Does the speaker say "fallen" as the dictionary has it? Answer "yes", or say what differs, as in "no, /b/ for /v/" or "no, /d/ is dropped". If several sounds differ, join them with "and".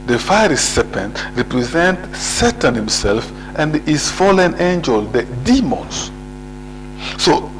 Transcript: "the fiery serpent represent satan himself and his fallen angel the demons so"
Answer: yes